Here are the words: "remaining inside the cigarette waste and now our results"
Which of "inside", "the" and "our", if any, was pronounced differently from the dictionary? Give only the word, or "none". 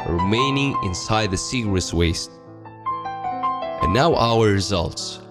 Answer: none